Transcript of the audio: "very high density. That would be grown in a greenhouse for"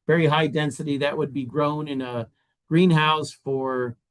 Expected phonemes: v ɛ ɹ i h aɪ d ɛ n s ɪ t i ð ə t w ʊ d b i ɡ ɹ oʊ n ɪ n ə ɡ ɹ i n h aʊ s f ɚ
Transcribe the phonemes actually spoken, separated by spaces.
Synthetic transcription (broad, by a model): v ɛ ɹ i h aɪ d ɛ n s ɪ t i ð ə t w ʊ d b i ɡ ɹ oʊ n ɪ n ə ɡ ɹ i n h aʊ s f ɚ